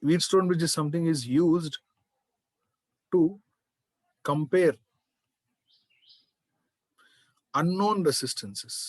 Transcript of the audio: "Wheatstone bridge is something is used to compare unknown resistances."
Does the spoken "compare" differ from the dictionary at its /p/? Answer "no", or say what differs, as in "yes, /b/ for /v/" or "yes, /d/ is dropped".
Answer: no